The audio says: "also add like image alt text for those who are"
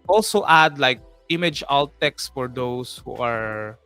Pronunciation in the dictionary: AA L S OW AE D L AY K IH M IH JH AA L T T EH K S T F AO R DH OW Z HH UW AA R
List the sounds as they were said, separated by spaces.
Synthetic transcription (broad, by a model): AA L S OW AE D L AY K IH M IH JH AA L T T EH K S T F AO R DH OW S HH UW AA R